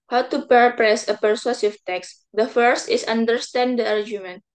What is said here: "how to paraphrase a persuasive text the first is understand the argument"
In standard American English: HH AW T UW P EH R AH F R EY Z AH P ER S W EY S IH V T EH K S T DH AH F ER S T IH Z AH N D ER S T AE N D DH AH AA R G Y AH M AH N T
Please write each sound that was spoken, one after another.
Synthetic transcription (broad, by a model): HH AW T UW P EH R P R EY S AH P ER S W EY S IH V T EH K S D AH F ER S T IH S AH N D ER S T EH N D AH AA R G Y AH M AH N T